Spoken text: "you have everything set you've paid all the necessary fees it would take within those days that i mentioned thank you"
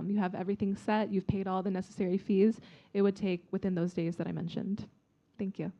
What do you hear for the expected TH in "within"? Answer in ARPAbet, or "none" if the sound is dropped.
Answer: TH